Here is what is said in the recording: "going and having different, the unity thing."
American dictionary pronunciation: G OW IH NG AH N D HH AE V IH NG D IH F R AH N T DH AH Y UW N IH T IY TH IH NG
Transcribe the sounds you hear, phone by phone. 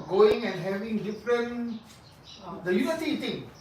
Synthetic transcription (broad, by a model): G OW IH NG AH N D HH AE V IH NG D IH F R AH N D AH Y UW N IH S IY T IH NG